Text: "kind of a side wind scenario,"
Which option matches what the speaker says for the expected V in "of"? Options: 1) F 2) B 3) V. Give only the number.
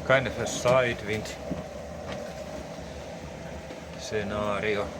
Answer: 1